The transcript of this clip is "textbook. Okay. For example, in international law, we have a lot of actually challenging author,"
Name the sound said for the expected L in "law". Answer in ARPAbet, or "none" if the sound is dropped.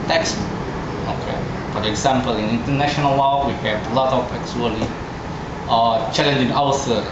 W